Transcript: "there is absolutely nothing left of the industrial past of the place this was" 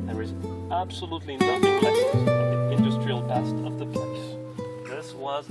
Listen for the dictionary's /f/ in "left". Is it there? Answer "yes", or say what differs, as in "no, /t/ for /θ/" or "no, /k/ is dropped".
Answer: no, /f/ is dropped